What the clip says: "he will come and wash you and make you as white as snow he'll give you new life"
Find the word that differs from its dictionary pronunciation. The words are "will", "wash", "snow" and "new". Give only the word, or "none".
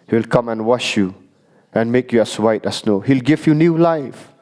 none